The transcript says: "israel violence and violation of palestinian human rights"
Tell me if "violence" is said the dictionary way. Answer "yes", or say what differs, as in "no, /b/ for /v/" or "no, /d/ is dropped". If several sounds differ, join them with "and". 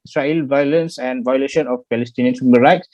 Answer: yes